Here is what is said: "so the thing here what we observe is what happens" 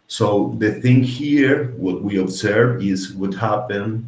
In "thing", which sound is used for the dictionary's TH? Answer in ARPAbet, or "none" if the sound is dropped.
TH